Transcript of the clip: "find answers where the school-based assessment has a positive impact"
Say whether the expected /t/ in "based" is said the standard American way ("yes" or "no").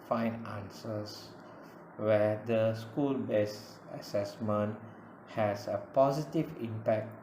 no